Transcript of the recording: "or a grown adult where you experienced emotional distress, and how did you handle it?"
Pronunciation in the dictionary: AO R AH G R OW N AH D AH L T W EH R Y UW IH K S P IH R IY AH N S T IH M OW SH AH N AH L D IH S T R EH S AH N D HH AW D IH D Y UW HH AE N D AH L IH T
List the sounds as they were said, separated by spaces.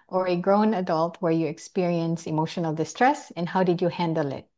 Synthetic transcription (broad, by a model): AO R AH G R OW N AH D AH L T W EH R Y UW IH K S P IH R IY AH N S IH M OW SH AH N AH L D IH S T R EH S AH N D HH AW D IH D Y UW HH AE N D AH L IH T